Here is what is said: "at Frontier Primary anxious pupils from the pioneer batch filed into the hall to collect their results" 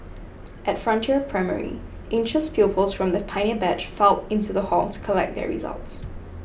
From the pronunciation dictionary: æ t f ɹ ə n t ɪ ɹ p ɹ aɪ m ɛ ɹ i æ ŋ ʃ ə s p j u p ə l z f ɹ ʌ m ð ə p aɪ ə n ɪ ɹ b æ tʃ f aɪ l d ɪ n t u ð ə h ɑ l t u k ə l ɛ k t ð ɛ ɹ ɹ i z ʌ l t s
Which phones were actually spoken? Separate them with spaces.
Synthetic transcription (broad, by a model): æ t f ɹ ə n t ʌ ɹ p ɹ aɪ m ɛ ɹ i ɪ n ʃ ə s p j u p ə l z f ɹ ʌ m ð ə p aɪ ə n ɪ b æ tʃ f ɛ l ɪ n t u ð ə h ɑ l t u k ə l ɛ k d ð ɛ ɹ ɹ i z ʌ l t s